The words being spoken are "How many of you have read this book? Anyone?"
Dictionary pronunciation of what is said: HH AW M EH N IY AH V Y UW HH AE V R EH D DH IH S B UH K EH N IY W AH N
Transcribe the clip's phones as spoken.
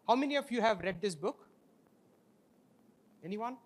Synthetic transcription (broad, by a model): HH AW M EH N IY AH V Y UW HH AE V R EH D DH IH S B UH K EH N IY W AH N